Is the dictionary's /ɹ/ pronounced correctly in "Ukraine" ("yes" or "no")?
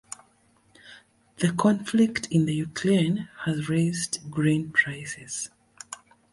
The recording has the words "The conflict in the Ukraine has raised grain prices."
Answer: no